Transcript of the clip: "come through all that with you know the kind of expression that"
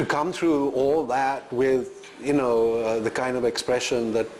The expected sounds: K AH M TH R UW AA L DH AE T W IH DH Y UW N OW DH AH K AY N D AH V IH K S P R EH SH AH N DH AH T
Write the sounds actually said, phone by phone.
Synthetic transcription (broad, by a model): K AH M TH R UW AA L DH AE T W IH DH Y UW N OW DH AH K AY N D AH V IH K S P R EH SH AH N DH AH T